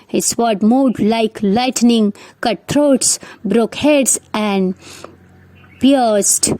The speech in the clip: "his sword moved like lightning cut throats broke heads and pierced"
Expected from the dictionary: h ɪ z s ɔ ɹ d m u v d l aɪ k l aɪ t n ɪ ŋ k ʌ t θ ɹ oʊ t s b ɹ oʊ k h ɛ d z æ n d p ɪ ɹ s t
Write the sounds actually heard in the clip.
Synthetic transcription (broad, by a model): h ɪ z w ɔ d m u d l aɪ k l aɪ t n ɪ ŋ k ʌ t t ɹ oʊ t s b ɹ oʊ k h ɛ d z æ n d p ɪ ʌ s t